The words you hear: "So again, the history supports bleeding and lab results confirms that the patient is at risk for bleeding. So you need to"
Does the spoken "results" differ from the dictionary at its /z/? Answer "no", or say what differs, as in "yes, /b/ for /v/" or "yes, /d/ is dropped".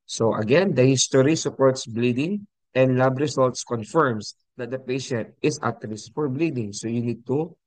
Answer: yes, /s/ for /z/